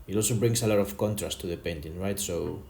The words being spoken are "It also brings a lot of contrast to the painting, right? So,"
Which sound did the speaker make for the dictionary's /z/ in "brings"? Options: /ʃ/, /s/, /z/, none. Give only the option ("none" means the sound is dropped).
/s/